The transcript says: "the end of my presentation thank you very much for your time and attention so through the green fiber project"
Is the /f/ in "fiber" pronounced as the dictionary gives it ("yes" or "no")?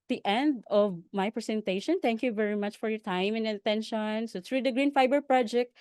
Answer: yes